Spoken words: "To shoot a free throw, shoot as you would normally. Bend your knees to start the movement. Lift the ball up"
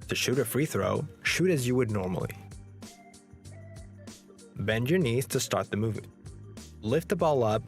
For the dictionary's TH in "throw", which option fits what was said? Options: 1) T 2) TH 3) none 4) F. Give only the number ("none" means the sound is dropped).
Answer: 2